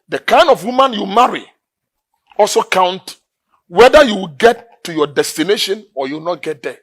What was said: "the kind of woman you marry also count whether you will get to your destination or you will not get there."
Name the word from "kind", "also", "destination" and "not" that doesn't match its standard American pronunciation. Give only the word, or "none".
none